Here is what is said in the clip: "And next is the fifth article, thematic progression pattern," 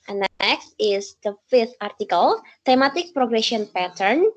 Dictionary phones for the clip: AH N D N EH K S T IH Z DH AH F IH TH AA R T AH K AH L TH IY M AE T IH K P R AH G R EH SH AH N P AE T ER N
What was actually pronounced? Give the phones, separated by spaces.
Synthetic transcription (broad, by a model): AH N N EH K S T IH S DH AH F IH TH AA R T AH K AH L T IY M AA T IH K P R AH G R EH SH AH N P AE T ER N